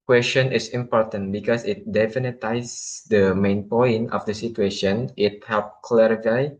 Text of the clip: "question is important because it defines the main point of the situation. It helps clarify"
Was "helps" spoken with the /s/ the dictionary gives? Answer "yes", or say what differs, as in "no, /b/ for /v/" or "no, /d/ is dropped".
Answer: no, /s/ is dropped